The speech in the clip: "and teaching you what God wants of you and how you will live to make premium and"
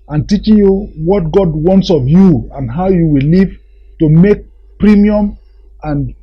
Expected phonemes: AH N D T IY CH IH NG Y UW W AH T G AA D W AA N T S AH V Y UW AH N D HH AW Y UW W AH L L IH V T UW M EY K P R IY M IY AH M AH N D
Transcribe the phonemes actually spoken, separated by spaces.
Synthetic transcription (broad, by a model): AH N T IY CH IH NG Y UW W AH T G AA D W AA N T S AH V Y UW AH N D HH AW Y UW W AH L L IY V T UW M EY K P R IY M IY AH M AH N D